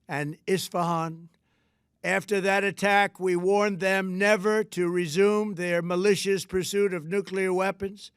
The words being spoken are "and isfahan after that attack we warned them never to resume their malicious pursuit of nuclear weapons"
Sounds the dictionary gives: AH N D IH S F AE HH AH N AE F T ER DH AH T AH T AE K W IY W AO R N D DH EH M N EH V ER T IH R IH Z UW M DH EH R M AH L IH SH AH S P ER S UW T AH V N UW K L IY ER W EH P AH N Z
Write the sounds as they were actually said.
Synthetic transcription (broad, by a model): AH N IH S F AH HH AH N AE F T ER DH AH T AH T AE K W IY W AO R N DH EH M N EH V ER T IH R IH Z UW M DH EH R M AH L IH SH AH S P ER S UW T AH V N UW K L IY ER W EH P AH N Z